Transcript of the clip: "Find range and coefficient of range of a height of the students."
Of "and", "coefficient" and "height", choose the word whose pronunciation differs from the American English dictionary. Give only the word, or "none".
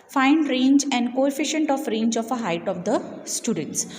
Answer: none